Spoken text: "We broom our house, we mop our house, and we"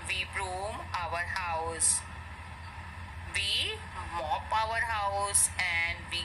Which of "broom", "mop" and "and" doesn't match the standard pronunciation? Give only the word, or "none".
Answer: none